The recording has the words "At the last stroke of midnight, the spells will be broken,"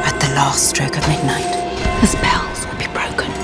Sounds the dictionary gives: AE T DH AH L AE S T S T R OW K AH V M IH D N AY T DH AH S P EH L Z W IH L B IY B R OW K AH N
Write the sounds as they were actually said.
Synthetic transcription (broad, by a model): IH T DH AH L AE S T S T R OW K AH V M IH D N AY T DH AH S P EH L Z W IH L B IY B R OW K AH N